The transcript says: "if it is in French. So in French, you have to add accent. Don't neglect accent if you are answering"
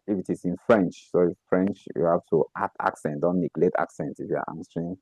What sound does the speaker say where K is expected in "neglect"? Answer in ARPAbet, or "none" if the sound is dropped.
none